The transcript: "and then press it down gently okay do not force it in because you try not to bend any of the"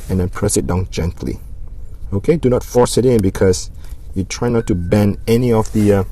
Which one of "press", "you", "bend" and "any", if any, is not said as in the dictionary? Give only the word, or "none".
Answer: bend